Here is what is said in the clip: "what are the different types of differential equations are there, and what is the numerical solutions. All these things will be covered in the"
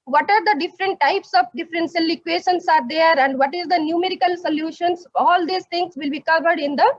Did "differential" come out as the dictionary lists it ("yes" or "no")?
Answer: no